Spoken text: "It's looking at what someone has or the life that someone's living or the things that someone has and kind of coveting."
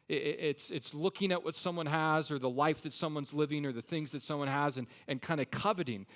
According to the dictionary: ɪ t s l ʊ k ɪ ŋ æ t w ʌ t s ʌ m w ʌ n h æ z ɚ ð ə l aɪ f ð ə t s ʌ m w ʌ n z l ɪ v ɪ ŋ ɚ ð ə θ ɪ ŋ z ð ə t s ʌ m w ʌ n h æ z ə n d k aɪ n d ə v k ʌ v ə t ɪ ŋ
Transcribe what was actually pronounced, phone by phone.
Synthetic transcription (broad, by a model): ɪ t s l ʊ k ɪ ŋ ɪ t w ʌ t s ʌ m w ʌ n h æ z ɚ ð ə l aɪ f ð ə t s ʌ m w ʌ n z l ɪ v ɪ ŋ ɚ ð ə θ ɪ ŋ z ð ə t s ʌ m w ʌ n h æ z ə n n k aɪ n d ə k ʌ v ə t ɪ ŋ